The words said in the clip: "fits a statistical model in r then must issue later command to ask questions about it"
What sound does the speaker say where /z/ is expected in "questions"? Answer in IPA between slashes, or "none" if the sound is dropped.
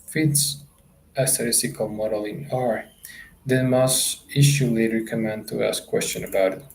none